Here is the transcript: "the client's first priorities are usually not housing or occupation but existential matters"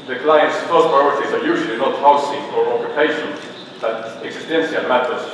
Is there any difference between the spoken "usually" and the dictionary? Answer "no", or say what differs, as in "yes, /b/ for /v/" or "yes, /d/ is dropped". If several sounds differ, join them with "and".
no